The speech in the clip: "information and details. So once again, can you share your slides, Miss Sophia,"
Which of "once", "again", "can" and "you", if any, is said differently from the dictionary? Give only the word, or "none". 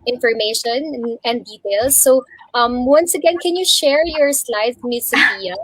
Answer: none